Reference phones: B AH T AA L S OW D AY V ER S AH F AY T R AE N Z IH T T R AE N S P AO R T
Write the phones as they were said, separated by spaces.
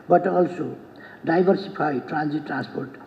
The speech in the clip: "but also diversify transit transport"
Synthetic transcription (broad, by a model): B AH T AA L S OW D AY B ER S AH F AY T R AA N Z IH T T R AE N S P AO R T